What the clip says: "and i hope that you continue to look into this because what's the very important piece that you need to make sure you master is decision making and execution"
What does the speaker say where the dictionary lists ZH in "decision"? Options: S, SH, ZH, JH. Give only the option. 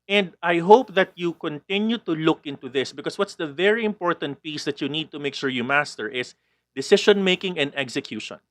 SH